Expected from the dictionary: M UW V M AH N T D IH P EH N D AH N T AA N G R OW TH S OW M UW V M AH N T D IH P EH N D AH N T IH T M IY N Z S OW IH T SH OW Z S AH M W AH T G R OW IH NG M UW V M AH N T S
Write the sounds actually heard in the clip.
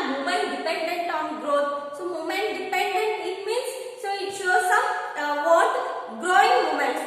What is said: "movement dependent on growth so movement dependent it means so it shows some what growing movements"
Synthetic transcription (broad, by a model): M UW M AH N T D IH P EH N D AH N T AA N G R OW T S OW M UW M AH N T D IH P EH N D AH N T IH T M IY N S S OW IH T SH OW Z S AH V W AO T G R OW IH NG M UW M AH N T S